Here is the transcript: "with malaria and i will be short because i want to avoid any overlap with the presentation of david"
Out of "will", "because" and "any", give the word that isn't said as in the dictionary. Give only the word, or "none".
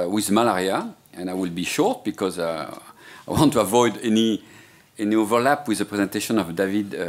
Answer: none